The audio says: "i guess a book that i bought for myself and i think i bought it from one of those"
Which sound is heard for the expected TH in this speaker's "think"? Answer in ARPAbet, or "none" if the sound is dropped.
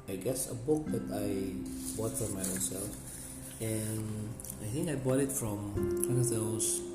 TH